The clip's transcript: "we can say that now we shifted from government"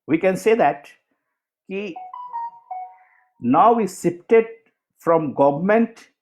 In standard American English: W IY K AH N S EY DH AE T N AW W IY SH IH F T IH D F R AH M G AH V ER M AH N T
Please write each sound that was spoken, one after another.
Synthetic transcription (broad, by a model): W IY K AH N S EY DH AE T N AW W IY S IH P T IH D F R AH M G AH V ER M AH N T